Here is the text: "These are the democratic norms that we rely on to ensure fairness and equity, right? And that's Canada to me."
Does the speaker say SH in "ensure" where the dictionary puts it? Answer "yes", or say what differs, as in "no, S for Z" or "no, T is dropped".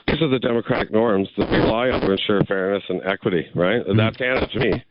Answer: yes